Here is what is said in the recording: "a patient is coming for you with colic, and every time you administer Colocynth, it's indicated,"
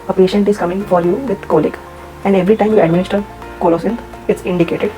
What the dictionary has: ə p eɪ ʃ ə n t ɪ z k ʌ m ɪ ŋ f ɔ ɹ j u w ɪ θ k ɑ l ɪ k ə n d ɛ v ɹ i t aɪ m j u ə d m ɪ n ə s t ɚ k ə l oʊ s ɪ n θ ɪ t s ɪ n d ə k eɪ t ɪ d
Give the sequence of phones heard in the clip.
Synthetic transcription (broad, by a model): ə p eɪ ʃ ə n t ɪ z k ʌ m ɪ ŋ f ɔ ɹ j u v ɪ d k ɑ l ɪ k ə n d ɛ v ɹ i t aɪ m j u ə d m ɪ n ə s t ɚ k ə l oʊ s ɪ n t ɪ t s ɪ n d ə k eɪ t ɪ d